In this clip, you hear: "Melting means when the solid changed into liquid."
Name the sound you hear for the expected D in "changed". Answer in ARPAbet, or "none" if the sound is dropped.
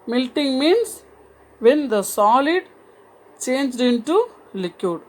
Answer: D